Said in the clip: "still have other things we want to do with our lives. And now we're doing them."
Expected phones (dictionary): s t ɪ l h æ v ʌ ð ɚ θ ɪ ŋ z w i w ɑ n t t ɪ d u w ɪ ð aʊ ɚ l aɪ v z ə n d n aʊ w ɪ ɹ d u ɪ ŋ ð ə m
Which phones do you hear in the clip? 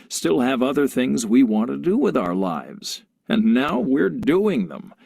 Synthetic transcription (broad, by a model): s t ɪ l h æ v ʌ ð ɚ θ ɪ ŋ z w i w ɑ n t t ɪ d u w ɪ ð aʊ ɚ l aɪ v z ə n n aʊ w ɪ ɹ d u ɪ ŋ ð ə m